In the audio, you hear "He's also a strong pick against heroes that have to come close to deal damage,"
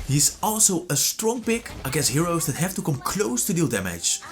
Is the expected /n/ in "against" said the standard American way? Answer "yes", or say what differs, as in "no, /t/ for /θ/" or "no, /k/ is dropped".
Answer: no, /n/ is dropped